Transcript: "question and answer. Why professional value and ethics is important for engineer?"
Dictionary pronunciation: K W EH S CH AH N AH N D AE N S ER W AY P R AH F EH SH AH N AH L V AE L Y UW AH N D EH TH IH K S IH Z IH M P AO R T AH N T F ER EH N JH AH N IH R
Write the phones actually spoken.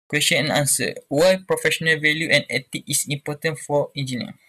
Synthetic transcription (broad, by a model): K W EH S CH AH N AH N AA N S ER W AY P R AH F EH SH AH N AH L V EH L Y UW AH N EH T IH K IH S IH M P AO T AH N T F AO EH N JH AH N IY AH